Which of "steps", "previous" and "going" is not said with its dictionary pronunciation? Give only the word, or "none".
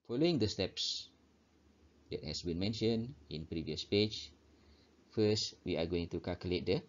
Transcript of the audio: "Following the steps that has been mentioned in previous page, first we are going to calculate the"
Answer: none